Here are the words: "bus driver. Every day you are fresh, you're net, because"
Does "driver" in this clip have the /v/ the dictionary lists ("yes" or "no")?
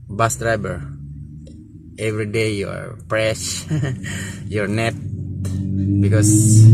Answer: no